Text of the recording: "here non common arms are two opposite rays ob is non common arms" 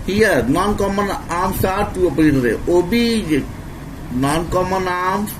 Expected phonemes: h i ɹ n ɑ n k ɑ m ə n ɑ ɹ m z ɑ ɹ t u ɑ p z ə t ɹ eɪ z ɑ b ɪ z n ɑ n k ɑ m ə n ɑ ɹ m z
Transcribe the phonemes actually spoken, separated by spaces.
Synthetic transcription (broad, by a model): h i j n ɑ n k ɑ m ə n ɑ m s ɑ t t u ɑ p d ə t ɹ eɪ ɑ b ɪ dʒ n ɑ n k ɑ m ə n ɑ m